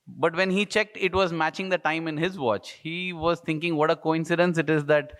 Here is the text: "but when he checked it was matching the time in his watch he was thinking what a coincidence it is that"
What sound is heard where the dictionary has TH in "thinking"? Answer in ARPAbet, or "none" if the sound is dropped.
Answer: T